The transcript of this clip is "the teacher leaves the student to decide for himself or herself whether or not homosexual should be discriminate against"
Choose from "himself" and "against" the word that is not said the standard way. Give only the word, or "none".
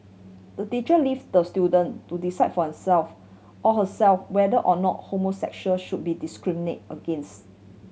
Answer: himself